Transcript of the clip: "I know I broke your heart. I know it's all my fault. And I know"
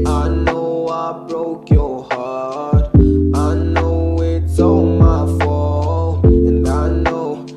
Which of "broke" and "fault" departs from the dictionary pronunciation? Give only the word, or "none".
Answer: fault